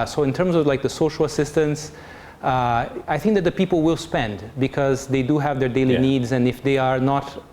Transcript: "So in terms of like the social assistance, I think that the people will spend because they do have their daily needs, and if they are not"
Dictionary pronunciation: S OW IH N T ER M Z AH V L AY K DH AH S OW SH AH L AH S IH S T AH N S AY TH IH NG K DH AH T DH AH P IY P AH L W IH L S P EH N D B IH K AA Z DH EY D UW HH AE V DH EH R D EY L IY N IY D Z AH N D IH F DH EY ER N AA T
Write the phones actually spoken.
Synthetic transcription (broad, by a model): S OW IH N T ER M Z AH V L AY K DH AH S OW SH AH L AH S IH S T AH N S AY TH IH NG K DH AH T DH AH P IY P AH L W IH L S P EH N D B IH K AA Z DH EY D UW HH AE V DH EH R D EY L IY N IY D Z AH N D IH F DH EY ER N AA T